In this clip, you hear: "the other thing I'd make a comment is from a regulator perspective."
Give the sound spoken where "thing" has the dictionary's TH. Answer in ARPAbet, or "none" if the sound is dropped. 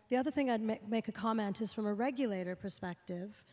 TH